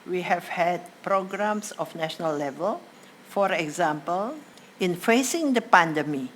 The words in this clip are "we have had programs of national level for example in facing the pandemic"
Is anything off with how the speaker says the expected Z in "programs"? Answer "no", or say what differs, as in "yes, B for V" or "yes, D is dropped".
yes, S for Z